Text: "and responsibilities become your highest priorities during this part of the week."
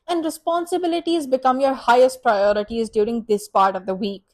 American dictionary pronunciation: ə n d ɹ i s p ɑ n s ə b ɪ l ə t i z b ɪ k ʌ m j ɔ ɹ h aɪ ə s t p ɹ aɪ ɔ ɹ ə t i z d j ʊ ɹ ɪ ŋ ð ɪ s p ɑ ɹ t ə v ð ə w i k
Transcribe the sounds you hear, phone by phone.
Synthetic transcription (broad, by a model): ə n d ɹ i s p ɑ n s ə b ɪ l ə t i z b ɪ k ʌ m j ɔ ɹ h aɪ ə s t p ɹ aɪ ɔ ɹ ə t i z d j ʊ ɹ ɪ ŋ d ɪ s p ɑ ɹ t ə v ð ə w i k